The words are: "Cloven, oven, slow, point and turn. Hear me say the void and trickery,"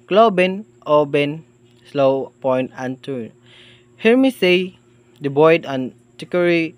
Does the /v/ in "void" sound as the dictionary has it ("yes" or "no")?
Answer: no